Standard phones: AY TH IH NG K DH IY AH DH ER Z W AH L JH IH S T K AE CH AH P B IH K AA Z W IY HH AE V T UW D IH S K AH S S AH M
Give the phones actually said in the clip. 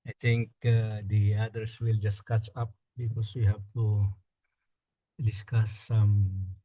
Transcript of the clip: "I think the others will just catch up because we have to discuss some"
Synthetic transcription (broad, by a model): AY T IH NG K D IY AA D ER S W AH L JH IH S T K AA CH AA P B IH K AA S W IY HH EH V T UW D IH S K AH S S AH M